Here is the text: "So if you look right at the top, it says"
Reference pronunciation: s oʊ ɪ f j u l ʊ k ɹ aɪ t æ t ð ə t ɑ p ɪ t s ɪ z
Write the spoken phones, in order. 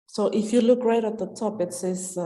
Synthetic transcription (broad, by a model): s oʊ ɪ f j u l ʊ k ɹ aɪ t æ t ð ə t ɑ p ɪ t s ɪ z